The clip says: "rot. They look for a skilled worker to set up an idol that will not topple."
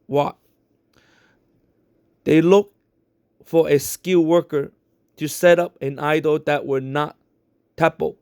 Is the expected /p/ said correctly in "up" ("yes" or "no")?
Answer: yes